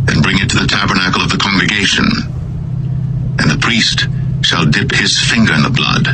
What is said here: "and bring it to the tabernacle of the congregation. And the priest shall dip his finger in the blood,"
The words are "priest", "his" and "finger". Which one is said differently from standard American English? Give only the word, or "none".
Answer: none